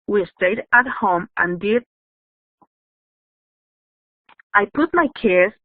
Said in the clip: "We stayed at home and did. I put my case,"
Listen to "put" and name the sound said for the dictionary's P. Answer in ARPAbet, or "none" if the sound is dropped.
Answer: P